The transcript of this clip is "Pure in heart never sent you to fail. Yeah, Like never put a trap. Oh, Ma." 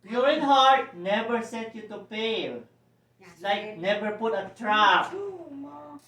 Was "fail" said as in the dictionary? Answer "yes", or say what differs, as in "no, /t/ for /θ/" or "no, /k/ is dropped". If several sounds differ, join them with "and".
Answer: no, /p/ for /f/